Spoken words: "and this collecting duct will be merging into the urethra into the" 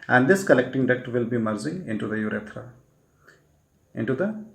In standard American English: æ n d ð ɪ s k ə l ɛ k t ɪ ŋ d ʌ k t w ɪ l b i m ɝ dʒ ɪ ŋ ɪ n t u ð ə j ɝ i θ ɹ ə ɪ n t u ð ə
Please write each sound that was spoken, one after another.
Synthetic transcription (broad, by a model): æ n d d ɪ s k ə l ɛ k t ɪ ŋ d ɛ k t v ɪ l b i m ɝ z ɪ ɪ n t u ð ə j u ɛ t ɹ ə ɪ n t u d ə